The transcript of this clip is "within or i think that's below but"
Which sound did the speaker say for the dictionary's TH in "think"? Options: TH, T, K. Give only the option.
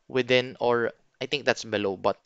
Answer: T